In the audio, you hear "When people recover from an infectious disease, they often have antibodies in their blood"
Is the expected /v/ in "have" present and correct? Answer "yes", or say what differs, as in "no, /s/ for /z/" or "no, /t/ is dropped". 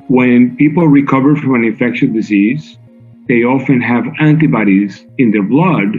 yes